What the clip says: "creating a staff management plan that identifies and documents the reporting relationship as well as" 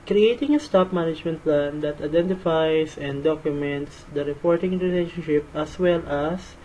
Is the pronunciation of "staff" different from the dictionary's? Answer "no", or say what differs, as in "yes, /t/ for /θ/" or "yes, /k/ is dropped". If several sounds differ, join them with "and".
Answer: yes, /p/ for /f/